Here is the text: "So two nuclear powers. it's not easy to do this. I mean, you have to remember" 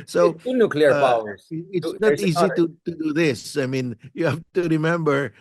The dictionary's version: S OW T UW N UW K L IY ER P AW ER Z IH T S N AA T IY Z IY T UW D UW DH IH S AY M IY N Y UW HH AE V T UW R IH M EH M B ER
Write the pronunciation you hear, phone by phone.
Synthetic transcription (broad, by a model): S OW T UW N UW K L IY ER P AW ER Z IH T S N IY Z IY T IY T UW D UW DH IH S AY M IY N Y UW HH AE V T UW R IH M EH M B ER